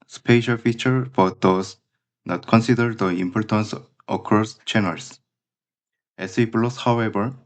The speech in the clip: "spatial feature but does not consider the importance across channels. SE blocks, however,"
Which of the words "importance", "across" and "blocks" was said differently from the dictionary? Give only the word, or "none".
blocks